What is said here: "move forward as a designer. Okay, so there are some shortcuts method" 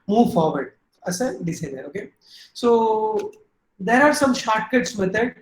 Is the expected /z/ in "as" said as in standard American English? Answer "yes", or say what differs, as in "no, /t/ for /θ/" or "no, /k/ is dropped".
no, /s/ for /z/